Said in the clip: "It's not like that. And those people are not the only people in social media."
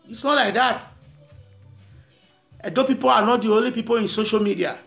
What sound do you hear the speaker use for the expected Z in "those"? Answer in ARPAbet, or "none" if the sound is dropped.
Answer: none